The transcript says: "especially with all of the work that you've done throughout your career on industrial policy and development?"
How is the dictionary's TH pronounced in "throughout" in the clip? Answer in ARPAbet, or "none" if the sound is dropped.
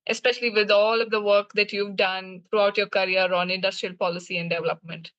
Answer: T